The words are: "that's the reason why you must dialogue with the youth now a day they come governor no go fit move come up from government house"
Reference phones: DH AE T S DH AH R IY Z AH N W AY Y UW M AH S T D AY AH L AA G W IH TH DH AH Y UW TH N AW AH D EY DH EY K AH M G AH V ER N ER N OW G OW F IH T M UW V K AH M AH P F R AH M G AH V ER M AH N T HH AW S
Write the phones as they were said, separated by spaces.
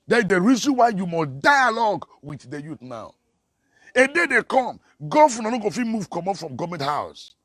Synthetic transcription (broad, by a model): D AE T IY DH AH R IY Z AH N W AY Y UW M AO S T D AY AH L AA G W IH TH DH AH Y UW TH N AW AH D EY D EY K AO M G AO F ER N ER N OW G OW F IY M UW V K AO M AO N F R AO M G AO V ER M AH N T HH AW S